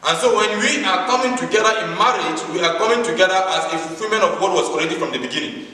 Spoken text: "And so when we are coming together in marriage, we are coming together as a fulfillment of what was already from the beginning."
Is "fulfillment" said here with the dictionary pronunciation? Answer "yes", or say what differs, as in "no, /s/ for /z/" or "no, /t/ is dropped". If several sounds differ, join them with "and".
no, /t/ is dropped